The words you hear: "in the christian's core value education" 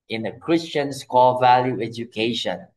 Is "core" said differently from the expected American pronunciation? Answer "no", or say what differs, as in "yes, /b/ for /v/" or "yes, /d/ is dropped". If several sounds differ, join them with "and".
yes, /l/ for /ɹ/